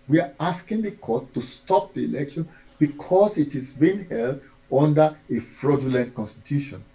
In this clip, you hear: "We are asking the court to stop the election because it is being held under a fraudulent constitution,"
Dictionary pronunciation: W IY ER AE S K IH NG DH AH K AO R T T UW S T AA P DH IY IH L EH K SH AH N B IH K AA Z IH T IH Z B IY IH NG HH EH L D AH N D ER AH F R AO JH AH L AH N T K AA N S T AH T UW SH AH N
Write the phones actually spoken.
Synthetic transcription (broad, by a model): W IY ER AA S K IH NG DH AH K AO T T UW S T AA P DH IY IH L EH K SH AH N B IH K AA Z IH T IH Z B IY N HH EH L D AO N D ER AH F R AO JH AH L AH N T K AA N S T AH T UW SH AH N